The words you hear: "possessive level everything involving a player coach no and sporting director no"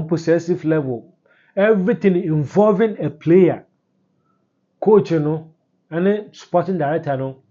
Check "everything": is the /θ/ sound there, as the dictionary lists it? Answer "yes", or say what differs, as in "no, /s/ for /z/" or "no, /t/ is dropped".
no, /t/ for /θ/